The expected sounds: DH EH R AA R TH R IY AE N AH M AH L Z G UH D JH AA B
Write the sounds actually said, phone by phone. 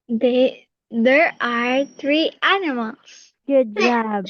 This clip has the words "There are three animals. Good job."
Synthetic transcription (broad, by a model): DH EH R AA R T R IY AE N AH M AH L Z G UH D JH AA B